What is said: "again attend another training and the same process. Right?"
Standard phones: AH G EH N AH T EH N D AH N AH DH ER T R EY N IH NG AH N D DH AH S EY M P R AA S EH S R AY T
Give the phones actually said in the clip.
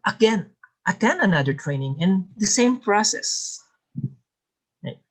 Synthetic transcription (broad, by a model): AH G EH N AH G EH N AH N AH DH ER T R EY N IH NG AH N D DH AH S EY M P R AA S EH S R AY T